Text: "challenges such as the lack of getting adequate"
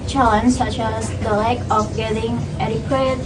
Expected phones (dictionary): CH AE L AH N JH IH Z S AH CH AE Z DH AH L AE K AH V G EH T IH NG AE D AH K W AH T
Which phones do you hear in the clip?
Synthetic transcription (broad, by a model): CH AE L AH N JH S AH CH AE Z DH AH L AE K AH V G EH T IH NG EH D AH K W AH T